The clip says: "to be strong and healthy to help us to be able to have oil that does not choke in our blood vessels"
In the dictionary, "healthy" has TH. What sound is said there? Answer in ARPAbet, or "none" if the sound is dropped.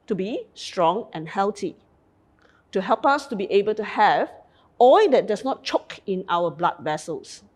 T